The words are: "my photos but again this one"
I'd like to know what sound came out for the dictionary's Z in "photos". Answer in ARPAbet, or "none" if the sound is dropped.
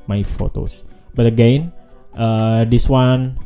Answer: S